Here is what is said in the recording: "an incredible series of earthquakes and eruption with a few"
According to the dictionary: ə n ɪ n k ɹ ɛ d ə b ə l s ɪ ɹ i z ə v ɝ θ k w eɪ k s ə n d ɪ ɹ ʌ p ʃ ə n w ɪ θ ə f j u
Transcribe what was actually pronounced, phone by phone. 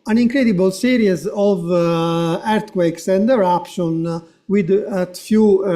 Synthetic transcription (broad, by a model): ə n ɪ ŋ k ɹ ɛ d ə b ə l s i ɹ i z ə v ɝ t k w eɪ k s ə n d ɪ ɹ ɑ p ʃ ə n w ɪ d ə f j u